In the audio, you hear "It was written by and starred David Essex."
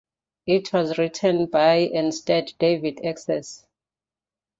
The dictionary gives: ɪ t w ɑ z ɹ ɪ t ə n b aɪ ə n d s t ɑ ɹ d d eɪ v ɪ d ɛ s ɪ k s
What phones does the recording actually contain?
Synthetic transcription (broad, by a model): ɪ t w ɑ z ɹ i t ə n b aɪ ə n s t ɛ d d eɪ v ɪ d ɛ s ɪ s